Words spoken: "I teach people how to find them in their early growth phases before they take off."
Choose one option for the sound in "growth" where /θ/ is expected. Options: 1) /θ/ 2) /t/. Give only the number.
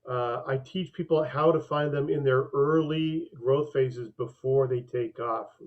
1